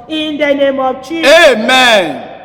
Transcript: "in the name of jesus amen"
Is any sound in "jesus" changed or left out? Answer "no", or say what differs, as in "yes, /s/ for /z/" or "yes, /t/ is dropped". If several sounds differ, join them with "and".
yes, /tʃ/ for /dʒ/